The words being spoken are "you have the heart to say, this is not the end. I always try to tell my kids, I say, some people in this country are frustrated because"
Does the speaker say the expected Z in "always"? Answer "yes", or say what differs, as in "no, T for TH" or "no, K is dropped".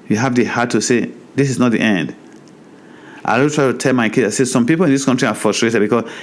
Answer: no, Z is dropped